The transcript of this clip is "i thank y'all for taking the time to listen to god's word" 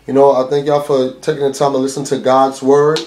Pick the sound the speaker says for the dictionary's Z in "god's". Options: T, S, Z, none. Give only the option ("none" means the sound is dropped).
Z